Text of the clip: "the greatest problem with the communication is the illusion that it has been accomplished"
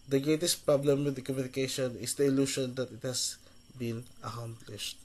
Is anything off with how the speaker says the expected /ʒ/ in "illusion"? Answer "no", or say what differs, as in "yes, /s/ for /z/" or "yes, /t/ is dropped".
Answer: yes, /ʃ/ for /ʒ/